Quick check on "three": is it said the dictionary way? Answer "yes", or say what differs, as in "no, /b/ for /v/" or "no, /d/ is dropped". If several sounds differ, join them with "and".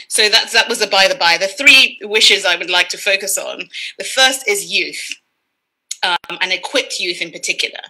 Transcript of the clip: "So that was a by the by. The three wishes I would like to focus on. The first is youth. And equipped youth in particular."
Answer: yes